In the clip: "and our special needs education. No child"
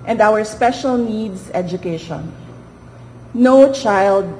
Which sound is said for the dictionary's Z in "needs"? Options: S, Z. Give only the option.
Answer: S